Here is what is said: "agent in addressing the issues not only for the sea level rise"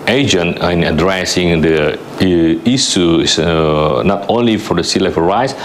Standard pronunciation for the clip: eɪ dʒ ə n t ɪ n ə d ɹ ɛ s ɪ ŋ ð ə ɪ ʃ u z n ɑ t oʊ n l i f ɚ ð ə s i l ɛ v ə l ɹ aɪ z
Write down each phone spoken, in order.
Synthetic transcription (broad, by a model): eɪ dʒ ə n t ɪ n ə d ɹ ɛ s ɪ ŋ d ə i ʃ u s n ɑ t oʊ n l i f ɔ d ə s i l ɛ f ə ɹ aɪ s